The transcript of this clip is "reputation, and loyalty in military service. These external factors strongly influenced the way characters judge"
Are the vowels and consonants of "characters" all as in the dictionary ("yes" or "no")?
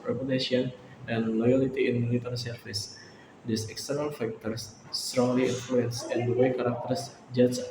no